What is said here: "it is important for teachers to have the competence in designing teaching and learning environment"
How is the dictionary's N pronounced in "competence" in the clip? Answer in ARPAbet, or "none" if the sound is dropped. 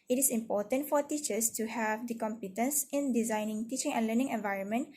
N